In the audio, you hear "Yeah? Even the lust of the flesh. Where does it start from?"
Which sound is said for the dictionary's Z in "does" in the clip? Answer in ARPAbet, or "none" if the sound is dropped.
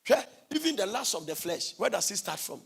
S